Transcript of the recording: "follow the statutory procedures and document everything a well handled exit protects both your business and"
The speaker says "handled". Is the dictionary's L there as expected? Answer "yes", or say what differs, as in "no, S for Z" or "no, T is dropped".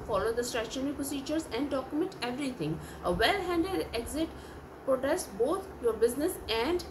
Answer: no, L is dropped